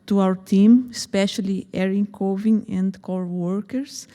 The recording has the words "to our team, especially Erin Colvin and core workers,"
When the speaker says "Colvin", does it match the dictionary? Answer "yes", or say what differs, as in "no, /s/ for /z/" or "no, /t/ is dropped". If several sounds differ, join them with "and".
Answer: no, /l/ is dropped